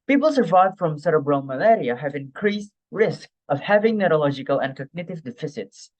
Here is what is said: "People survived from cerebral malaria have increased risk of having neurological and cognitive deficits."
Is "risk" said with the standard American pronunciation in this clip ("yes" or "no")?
yes